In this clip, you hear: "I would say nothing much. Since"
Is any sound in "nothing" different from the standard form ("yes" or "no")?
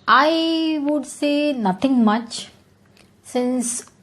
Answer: yes